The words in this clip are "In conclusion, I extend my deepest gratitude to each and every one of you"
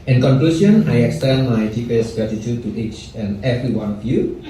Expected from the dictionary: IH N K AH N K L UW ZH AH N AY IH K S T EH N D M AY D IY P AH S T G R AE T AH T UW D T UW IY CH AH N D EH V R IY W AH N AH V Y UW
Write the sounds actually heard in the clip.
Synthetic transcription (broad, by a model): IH N K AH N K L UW S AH N AY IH K S T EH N M AY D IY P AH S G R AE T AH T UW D T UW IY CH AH N EH V R IY W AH N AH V Y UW